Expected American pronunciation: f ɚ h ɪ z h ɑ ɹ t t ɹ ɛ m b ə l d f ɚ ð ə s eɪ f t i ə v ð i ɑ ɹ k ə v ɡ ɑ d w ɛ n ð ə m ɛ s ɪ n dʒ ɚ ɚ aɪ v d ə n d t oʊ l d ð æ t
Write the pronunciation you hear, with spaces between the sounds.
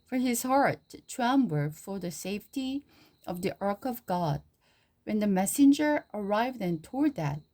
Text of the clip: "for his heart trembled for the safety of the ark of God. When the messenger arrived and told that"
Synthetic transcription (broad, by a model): f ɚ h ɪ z h ɑ ɹ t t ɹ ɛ m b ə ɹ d f ɚ ð ə s eɪ f t i ə v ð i ɑ ɹ k ə v ɡ ɑ d w ɛ n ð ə m ɛ s ɪ n dʒ ɚ ɚ aɪ v d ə n t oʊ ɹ d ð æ t